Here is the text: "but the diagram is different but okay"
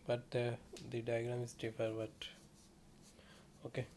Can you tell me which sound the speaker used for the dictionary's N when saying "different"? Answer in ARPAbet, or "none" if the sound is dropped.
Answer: none